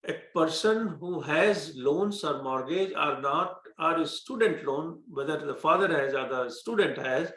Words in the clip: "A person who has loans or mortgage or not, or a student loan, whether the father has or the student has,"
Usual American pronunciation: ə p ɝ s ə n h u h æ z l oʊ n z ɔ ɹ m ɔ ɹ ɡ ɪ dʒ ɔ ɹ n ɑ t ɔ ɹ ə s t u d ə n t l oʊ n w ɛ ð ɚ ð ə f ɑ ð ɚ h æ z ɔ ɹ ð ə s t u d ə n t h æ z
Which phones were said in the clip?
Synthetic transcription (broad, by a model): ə p ɝ s ə n h u h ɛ z l oʊ n s ɔ ɹ m ɔ ɹ ɡ ɪ dʒ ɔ ɹ n ɑ t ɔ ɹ ə s t u d ə n t l oʊ n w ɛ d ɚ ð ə f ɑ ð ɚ h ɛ z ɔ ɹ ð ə s t u d ə n t h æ z